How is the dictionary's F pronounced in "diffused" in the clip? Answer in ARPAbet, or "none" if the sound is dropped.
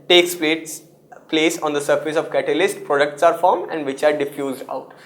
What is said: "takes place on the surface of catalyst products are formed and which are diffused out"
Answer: F